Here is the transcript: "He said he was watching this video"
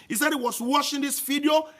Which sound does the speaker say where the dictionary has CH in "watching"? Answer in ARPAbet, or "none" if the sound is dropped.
SH